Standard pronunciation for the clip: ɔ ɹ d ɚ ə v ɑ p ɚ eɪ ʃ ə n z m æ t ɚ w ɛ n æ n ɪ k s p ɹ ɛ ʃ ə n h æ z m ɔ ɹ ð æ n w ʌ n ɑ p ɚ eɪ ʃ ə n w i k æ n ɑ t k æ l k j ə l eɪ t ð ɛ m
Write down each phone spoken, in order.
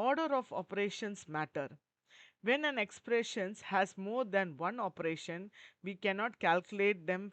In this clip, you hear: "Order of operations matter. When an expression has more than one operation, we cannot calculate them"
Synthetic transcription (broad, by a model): ɔ ɹ d ɚ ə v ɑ p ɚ eɪ ʃ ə n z m æ t ɚ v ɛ n æ n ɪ k s p ɹ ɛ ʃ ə n h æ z m ɔ ɹ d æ n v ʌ n ɑ p ɚ eɪ ʃ ə n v i k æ n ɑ t k æ l k j ə l eɪ t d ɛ m